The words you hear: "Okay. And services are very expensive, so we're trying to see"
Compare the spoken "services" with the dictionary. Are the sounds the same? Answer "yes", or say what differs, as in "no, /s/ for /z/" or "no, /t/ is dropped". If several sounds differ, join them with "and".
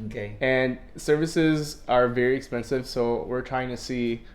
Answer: yes